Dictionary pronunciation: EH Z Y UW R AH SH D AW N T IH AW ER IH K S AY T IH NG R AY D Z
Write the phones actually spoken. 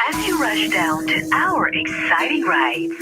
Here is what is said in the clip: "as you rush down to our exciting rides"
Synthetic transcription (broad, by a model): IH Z Y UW R AH SH D AW N T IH AW ER IH K S AY T IH NG R AY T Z